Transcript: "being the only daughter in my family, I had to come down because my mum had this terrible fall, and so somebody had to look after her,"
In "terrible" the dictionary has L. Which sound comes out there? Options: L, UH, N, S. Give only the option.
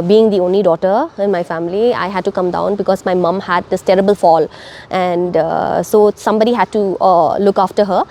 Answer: L